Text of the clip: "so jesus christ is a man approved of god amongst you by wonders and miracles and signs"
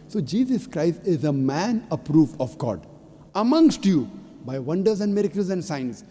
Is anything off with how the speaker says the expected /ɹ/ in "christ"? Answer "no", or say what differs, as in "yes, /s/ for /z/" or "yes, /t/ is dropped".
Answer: no